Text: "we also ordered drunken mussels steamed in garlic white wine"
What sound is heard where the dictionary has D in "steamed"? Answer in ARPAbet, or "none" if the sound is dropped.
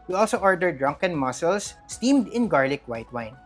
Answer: D